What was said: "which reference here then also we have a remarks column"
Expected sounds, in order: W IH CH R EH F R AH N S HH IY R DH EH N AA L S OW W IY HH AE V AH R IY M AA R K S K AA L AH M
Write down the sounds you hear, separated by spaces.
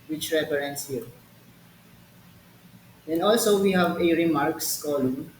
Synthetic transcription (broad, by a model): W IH CH R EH P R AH N S HH IY R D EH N AA L S OW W IY HH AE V AH R IY M AA R K S K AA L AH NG